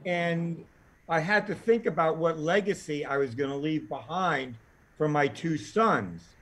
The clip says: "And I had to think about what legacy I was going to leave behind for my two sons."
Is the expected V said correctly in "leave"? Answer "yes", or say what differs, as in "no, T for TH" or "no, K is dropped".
yes